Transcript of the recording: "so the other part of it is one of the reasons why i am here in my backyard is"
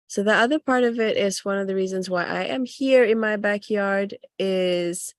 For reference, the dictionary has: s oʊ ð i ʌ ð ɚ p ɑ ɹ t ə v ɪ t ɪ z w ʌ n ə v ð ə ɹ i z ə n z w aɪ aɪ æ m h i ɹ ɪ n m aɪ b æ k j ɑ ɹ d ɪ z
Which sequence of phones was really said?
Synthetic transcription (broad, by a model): s oʊ ð i ʌ ð ɚ p ɑ ɹ t ə v ɪ t ɪ z w ʌ n ə v ð ə ɹ i z ə n z w aɪ aɪ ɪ m h i ɹ ɪ n m aɪ b æ k j ɑ ɹ d ɪ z